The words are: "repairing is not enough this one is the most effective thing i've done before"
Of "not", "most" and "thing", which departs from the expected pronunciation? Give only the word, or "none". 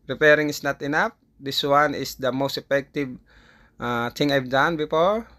thing